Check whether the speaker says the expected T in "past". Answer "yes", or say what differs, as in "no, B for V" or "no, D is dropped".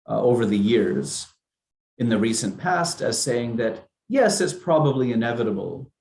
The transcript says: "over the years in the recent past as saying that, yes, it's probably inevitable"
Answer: yes